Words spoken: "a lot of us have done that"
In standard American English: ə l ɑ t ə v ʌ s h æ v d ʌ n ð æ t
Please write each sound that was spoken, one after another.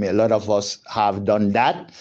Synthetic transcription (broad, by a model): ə l ɑ t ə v ʌ s h æ v d ʌ n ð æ t